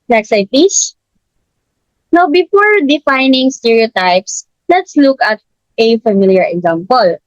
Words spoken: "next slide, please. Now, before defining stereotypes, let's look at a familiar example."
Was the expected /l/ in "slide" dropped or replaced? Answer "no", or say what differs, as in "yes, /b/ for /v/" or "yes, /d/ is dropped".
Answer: yes, /l/ is dropped